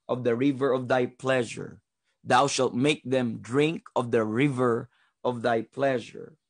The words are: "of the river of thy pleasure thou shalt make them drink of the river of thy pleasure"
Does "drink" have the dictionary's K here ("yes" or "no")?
yes